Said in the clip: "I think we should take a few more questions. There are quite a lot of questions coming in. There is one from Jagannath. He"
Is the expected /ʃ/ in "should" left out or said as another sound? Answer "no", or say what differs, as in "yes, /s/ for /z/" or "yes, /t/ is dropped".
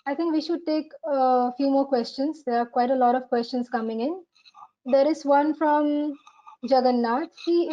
no